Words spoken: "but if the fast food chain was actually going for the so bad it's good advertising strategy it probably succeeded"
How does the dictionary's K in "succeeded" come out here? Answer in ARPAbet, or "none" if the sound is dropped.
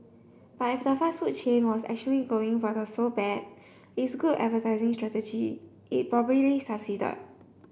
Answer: none